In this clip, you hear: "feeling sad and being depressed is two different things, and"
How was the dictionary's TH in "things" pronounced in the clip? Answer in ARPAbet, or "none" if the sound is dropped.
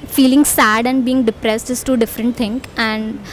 T